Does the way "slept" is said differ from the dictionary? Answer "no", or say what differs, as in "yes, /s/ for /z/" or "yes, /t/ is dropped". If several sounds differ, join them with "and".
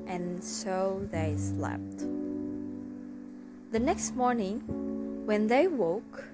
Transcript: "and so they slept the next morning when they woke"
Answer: no